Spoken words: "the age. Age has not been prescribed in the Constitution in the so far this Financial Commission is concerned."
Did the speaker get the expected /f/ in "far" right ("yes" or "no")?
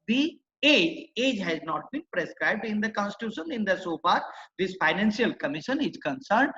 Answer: no